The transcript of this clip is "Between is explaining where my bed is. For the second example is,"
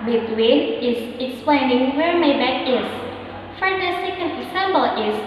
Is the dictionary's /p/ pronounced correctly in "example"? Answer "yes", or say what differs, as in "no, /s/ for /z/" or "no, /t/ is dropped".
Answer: no, /b/ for /p/